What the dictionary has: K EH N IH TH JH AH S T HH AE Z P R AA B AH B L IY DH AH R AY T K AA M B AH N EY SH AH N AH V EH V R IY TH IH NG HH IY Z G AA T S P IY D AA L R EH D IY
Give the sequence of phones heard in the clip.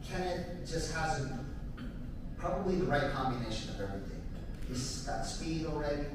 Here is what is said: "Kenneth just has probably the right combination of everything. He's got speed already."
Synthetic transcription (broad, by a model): K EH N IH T JH AH S T HH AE Z P R AA B AH B L IY DH AH R AY T K AA M B AH N EY SH AH N AH V EH V R IY TH IH NG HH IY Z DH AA T S P IY D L R EH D IY